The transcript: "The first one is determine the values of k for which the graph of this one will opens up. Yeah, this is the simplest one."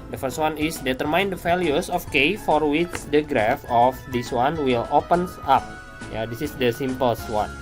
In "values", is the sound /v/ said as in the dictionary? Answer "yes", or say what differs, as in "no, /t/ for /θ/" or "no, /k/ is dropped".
no, /f/ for /v/